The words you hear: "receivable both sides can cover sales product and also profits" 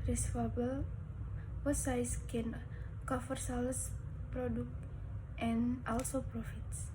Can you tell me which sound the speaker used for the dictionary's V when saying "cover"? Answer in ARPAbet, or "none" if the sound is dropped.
F